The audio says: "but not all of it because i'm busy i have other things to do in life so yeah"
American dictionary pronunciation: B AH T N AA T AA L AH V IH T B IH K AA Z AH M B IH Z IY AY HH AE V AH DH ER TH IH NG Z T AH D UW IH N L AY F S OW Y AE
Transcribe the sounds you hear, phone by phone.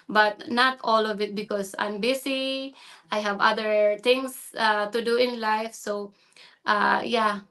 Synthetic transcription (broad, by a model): B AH T N AA T AA L AH V IH T B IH K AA S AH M B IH S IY AY HH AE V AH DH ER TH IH NG S T AH D UW IH N L AY F S OW Y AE